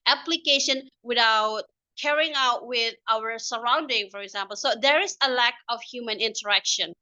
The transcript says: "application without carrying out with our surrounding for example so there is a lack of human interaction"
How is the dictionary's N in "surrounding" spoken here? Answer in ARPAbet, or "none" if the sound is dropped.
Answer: N